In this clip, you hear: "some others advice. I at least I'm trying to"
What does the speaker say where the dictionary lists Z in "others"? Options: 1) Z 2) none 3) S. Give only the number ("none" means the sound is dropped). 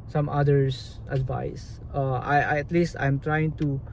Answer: 3